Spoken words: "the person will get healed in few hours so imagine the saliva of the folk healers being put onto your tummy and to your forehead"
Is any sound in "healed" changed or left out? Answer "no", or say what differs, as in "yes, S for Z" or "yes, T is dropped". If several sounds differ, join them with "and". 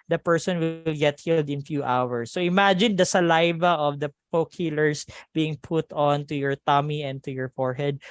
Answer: no